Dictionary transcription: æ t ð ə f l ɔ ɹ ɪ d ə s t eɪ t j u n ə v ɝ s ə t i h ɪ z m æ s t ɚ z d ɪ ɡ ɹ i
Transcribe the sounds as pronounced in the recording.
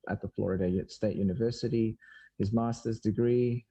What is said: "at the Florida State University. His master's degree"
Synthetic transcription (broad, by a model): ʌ t ð ə f l ɔ ɹ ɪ d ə s t eɪ t j u n ə v ɝ s ə t i h ɪ z m æ s t ɚ z d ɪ ɡ ɹ i